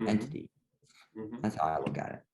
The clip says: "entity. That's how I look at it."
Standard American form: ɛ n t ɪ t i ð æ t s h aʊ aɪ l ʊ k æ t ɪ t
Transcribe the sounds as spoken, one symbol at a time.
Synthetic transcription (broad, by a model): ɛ n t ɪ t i ð æ t s h aʊ aɪ w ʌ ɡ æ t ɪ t